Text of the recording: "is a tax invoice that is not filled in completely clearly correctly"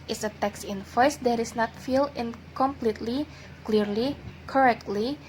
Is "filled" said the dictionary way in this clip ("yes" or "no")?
no